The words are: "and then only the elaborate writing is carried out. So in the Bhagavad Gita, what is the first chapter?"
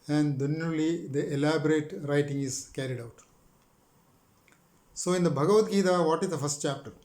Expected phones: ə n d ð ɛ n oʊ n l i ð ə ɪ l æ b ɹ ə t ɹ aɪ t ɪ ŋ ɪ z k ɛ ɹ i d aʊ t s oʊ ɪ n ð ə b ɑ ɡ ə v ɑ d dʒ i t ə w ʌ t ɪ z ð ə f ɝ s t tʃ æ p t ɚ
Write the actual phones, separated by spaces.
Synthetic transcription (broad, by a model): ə n d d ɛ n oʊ l i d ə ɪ l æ b ɹ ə t ɹ aɪ t ɪ ŋ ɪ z k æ ɹ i d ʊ t s oʊ ɪ n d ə b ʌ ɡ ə v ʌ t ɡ i t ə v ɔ t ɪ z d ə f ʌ s t tʃ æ p t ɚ